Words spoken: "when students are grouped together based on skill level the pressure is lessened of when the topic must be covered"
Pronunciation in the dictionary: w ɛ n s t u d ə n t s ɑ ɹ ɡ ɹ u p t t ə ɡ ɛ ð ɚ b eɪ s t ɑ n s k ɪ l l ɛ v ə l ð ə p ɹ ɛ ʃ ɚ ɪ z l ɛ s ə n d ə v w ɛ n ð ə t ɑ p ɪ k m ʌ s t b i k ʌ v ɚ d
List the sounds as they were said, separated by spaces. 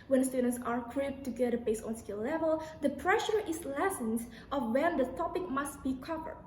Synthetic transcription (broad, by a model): w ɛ n s t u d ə n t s ɑ ɹ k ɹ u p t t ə ɡ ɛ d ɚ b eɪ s ɑ n s k ɪ l l ɛ v ə l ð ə p ɹ ɛ ʃ ɚ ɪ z l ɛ s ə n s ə f w ɛ n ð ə t ɑ p ɪ k m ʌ s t b i k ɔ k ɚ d